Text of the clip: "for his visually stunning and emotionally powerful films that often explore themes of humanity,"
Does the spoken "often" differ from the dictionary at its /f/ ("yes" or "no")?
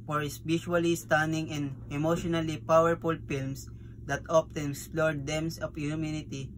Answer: yes